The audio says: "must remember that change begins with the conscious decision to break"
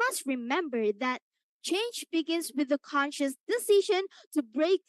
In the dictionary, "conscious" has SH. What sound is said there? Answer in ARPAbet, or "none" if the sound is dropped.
SH